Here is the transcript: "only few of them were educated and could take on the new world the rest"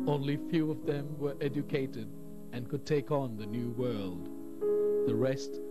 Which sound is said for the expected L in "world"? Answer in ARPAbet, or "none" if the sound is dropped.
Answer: L